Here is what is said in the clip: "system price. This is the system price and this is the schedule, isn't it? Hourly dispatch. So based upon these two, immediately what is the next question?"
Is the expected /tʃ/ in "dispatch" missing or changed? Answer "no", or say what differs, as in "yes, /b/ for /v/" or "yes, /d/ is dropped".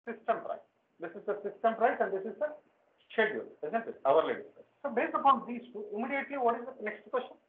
yes, /s/ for /tʃ/